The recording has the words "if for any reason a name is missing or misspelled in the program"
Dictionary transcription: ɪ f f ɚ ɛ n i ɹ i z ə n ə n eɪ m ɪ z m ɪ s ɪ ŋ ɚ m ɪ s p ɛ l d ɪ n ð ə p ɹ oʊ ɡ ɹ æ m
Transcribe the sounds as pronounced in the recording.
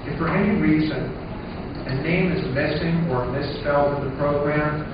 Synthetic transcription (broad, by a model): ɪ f f ɚ ɛ n i ɹ i z ə n ə n eɪ m ɪ z m ɪ s ɪ ŋ ɚ m ɪ s p ɛ l d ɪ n ð ə p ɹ oʊ ɡ ɹ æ m